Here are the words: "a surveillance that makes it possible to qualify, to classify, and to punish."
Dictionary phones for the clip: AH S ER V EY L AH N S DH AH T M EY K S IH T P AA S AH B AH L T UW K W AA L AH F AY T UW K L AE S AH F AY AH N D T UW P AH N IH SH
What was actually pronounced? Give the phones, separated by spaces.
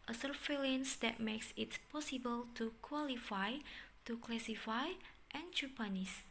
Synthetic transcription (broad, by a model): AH S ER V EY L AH N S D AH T M EY K S IH T P AA S AH B AH L T UW K W AA L AH F AY T UW K L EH S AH F AY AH N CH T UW P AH N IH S